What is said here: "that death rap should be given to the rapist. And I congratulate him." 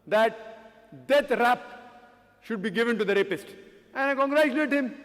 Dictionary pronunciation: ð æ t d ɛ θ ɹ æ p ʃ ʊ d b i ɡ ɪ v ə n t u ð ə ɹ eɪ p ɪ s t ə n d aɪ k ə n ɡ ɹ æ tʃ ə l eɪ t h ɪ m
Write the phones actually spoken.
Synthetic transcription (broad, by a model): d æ t d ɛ t ɹ æ p ʃ ʊ d b i ɡ ɪ v ə n t u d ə ɹ eɪ p ɪ s t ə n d aɪ k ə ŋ ɡ ɹ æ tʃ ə l eɪ t h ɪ m